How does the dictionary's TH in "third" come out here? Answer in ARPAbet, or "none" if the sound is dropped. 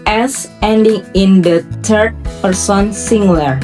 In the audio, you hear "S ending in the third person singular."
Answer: T